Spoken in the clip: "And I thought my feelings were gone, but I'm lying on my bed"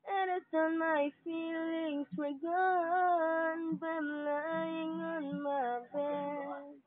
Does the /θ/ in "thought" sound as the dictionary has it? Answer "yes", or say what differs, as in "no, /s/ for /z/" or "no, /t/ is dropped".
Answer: no, /t/ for /θ/